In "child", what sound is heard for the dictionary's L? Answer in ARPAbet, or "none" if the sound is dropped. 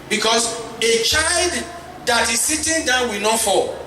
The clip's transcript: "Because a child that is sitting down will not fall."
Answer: L